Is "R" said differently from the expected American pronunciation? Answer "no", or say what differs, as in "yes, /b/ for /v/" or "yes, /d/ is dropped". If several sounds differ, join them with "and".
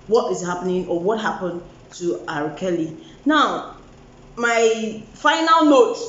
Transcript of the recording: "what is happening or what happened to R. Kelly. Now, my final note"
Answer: no